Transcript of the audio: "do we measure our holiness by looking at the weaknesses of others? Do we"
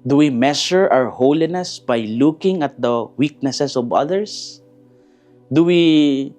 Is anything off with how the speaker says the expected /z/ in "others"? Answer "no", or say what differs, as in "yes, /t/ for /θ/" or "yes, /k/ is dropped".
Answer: yes, /s/ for /z/